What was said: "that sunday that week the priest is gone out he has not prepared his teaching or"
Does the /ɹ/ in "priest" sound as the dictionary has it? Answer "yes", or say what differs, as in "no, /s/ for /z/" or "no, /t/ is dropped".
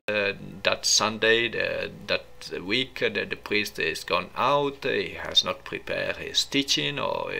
yes